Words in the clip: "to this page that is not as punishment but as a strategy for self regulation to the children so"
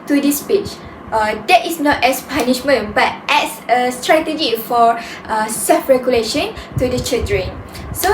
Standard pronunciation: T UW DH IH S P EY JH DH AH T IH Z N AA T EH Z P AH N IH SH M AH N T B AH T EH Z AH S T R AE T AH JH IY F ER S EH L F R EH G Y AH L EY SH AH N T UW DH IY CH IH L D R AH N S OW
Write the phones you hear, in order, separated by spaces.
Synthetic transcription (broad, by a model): T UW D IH S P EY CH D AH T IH S N AA T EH S P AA N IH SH M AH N B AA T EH S AH S T R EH T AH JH IY F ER S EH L F R EH G Y AH L EY SH AH N T UW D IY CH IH D R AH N S OW